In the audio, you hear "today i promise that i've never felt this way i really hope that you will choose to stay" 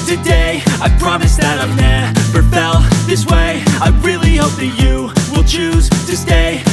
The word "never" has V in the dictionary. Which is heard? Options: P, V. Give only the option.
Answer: P